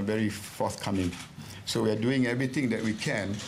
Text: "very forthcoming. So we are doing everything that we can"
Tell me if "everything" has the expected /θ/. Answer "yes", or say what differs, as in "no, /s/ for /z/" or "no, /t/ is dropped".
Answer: no, /t/ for /θ/